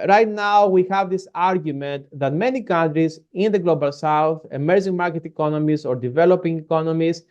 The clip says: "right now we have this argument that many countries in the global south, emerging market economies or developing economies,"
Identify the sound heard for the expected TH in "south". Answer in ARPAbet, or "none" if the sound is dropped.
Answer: TH